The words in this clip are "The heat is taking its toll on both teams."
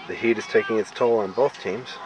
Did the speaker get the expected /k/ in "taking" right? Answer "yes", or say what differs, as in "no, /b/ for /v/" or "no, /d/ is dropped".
yes